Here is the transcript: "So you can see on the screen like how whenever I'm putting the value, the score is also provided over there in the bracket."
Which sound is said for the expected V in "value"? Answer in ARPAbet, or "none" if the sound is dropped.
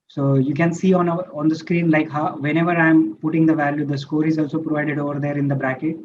V